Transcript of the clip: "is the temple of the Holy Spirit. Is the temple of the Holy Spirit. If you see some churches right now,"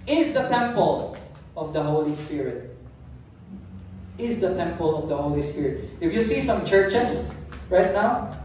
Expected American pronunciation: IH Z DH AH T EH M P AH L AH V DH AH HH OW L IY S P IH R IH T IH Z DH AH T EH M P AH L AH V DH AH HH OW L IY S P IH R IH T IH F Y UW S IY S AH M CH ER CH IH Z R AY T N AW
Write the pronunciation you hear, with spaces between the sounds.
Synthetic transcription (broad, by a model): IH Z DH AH T EH M P AH L AH V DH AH HH OW L IY S P IH R IH T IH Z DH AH T EH M P AH L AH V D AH HH OW L IY S P IH R IH T IH F Y UW S IY S AH M CH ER CH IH S R AY T N AW